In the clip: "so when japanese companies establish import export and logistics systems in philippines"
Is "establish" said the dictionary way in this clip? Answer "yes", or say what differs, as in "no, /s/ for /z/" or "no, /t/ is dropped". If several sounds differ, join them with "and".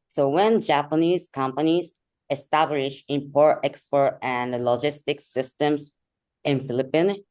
yes